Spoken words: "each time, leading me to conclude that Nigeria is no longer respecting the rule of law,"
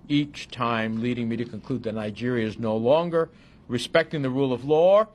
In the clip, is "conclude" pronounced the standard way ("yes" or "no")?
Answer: yes